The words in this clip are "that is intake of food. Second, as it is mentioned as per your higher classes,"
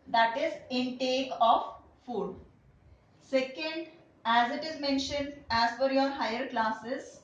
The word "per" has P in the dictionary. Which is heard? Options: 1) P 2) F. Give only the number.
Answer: 2